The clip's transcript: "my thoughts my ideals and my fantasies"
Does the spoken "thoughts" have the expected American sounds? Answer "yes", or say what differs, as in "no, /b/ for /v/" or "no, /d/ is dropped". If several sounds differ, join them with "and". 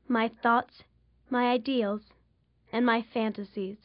yes